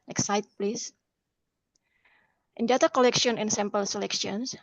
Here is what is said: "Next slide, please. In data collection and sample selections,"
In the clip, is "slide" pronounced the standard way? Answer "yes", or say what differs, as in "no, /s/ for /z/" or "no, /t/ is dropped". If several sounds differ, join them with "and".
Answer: no, /l/ is dropped